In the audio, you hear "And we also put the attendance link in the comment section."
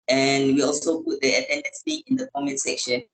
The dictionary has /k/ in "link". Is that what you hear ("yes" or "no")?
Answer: no